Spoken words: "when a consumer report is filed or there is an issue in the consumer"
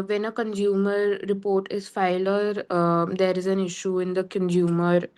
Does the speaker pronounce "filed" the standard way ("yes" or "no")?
no